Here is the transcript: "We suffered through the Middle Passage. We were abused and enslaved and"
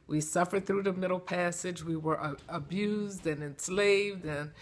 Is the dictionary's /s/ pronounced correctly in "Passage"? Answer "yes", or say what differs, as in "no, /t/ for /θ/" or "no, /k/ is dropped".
yes